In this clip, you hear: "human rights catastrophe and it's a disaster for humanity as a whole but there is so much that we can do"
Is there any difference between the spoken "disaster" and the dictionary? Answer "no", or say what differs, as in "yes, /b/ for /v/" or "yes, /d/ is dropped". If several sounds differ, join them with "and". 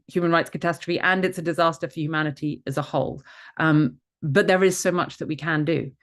no